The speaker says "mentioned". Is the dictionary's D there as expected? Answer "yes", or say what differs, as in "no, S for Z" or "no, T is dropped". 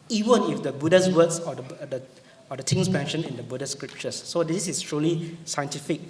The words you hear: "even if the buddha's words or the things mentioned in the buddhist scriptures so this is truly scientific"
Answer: no, D is dropped